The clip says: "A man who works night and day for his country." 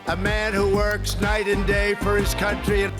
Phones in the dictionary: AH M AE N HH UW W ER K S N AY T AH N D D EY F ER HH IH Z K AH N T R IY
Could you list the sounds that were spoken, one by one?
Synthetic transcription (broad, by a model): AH M AE N HH UW W ER K S N AY T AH N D D EY F ER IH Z K AH N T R IY